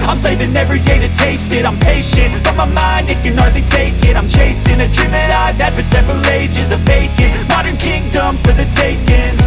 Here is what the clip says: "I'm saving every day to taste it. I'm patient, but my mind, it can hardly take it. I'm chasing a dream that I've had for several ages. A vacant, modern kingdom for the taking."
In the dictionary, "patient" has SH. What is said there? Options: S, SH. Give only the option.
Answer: SH